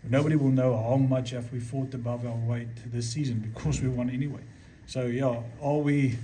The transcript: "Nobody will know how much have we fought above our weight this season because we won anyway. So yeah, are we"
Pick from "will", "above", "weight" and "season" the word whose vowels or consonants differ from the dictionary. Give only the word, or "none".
none